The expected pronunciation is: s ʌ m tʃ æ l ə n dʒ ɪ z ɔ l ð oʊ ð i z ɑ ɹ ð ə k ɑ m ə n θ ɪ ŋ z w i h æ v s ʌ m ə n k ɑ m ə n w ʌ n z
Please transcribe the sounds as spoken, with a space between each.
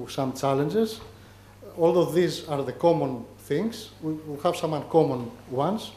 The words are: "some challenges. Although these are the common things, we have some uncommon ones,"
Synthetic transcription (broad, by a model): s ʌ m tʃ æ l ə n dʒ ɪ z ɔ l ð oʊ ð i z ɑ ɹ ð ə k ɑ m ə n θ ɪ ŋ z w i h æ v s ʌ m ə n k ɑ m ə n w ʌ n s